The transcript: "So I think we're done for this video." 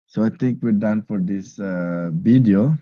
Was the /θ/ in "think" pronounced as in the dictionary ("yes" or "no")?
no